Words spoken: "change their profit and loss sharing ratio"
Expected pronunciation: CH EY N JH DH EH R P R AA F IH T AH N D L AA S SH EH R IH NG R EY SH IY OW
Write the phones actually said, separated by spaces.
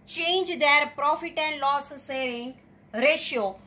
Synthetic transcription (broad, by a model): CH EY N JH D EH R P R AA F IH T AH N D L AA S S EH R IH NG R EY SH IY OW